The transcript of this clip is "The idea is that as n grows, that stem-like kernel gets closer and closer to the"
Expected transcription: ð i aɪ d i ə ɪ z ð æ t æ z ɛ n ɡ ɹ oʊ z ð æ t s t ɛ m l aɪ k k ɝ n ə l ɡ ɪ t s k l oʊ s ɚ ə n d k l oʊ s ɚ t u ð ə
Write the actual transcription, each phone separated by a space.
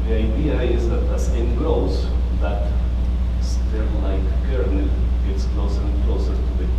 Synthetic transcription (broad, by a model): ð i aɪ d i ə ɪ z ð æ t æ s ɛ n ɡ ɹ oʊ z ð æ t s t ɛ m l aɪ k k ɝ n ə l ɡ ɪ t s k l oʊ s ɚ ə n k l oʊ s ɚ t u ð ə